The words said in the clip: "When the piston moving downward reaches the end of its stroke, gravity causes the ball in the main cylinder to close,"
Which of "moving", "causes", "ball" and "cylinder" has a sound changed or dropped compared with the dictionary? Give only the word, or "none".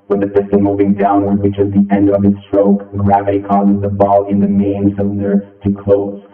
cylinder